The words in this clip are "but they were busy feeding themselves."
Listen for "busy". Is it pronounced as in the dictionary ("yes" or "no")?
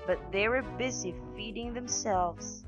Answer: yes